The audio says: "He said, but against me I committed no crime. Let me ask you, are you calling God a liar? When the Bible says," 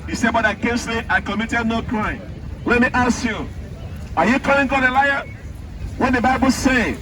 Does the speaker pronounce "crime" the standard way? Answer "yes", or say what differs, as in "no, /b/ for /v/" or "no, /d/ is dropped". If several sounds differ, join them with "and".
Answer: yes